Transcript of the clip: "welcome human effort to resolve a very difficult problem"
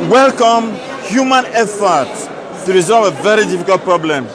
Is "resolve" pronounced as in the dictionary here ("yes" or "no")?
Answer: yes